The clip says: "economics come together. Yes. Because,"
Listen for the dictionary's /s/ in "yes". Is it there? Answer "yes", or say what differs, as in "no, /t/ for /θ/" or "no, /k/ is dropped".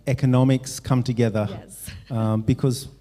no, /s/ is dropped